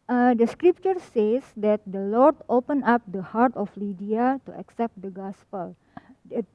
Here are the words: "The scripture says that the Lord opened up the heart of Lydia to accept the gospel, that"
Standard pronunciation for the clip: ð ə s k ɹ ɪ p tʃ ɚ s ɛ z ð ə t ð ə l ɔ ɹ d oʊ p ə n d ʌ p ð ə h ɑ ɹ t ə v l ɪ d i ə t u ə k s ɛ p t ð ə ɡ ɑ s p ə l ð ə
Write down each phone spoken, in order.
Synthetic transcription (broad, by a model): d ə s k ɹ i p tʃ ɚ s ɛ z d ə t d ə l ɔ ɹ d oʊ p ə n ɑ p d ə h ɑ ɹ t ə f l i d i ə t u ə k s ɛ p t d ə ɡ ɑ s p ə l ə